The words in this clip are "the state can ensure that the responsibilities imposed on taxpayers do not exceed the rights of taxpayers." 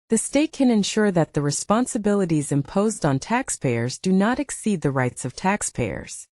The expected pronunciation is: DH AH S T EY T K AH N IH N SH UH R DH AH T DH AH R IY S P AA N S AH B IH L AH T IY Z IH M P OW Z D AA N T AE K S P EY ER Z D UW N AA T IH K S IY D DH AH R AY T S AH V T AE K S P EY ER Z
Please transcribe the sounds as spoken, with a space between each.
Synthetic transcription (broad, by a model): DH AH S T EY T K AH N IH N SH UH R DH AH T DH AH R IY S P AA N S AH B IH L AH T IY Z IH M P OW Z D N T AE K S P EY ER Z D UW N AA T IH K S IY D DH AH R AY T S AH V T AE K S P EY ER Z